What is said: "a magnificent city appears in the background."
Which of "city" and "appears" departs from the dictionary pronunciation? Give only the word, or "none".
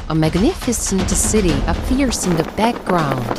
appears